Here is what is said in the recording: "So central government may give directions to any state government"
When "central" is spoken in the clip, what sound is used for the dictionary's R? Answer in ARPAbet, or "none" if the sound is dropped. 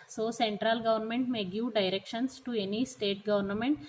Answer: R